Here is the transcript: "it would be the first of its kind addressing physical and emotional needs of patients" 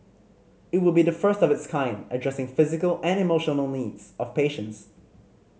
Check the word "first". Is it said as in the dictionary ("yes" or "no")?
yes